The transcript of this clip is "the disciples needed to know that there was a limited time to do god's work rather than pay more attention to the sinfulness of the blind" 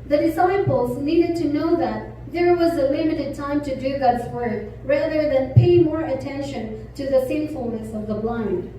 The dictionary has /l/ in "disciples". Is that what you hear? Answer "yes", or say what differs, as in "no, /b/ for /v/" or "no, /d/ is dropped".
yes